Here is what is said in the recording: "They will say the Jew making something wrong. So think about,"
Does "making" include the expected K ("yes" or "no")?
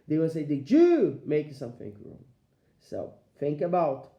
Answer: no